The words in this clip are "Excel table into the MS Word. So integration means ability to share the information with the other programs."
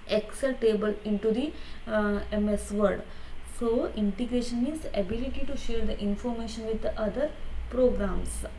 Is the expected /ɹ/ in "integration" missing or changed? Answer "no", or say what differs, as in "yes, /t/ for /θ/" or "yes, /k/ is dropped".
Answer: no